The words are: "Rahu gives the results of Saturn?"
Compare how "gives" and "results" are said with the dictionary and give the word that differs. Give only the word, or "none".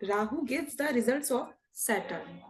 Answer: gives